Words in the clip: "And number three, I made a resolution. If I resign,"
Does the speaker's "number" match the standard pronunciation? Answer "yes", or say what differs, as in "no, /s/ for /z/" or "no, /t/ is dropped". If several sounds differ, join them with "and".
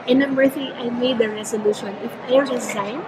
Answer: no, /b/ is dropped